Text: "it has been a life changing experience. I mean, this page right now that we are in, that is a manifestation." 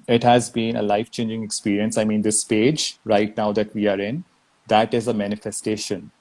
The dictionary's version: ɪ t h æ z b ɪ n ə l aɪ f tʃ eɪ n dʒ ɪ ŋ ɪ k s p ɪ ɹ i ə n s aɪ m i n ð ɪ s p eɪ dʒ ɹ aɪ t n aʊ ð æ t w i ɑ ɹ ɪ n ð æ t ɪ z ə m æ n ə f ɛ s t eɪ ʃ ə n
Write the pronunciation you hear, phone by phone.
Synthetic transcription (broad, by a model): ɪ t h æ z b ɪ n ə l aɪ f tʃ eɪ n dʒ ɪ ŋ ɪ k s p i ɹ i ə n s aɪ m i n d ɪ s p eɪ dʒ ɹ aɪ t n aʊ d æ t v i ɑ ɹ ɪ n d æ t ɪ z ə m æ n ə f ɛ s t eɪ ʃ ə n